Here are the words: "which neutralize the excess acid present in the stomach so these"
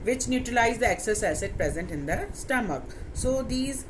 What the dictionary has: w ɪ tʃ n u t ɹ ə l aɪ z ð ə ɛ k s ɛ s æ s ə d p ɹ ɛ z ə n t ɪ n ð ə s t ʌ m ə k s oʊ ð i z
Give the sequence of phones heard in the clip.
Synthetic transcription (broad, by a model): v ɪ tʃ n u t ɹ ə l aɪ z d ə ɛ k s ɛ s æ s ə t p ɹ ɛ z ə n t ɪ n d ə s t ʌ m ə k s oʊ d i z